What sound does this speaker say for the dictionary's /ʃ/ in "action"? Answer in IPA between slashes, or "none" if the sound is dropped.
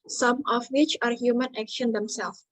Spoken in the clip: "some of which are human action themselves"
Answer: /ʃ/